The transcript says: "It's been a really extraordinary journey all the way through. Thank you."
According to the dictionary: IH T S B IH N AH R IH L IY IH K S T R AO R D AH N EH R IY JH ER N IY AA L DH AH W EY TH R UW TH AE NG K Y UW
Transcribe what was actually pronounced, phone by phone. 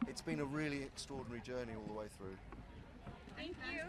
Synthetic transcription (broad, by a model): IH T S B IH N AH R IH L IY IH K S T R AO D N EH R IY JH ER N IY AA L DH AH W EY TH R UW TH AE NG K Y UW